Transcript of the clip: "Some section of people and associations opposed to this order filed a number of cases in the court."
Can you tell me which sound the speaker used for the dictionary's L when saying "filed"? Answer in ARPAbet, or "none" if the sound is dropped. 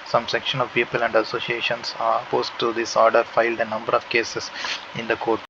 L